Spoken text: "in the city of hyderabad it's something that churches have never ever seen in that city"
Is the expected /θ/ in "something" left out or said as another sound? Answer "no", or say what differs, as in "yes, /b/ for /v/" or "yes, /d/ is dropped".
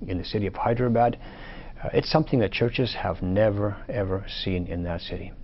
no